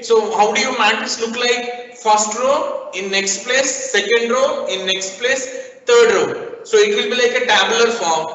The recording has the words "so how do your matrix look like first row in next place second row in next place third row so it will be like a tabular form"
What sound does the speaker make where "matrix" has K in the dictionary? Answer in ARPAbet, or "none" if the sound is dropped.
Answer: none